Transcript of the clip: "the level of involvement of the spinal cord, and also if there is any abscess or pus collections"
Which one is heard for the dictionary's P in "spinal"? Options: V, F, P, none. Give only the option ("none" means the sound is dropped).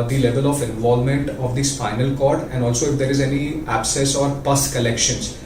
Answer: F